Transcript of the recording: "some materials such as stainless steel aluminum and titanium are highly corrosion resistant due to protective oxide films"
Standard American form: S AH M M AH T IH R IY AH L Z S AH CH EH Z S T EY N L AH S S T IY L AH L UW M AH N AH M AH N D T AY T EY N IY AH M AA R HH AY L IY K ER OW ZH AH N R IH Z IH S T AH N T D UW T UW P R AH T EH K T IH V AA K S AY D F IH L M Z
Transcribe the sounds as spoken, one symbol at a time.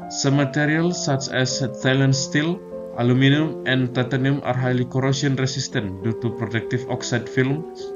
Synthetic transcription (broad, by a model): S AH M M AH T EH R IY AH L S S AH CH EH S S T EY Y L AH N S T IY L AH L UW M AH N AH M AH N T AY T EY N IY M AA R HH AY L IY K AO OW S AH N R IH S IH S T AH N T D UW T UW P R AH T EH K T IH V AA K S AY D F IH L M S